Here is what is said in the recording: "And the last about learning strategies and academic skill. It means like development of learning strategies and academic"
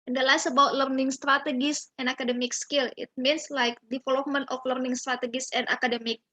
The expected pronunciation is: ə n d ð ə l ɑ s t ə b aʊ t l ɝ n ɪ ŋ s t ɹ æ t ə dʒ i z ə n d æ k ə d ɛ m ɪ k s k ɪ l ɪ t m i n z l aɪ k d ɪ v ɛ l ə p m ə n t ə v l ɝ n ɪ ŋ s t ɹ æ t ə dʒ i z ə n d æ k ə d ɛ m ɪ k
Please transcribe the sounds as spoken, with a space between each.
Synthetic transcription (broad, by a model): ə n d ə l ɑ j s ə b aʊ t l ɝ n ɪ ŋ s t ɹ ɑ t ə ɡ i s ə n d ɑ k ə d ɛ m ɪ k s k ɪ l ɪ t m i n s l aɪ k d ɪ f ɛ l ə m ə n t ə f l ɝ n ɪ ŋ s t ɹ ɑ t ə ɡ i s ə n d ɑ k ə d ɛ m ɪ k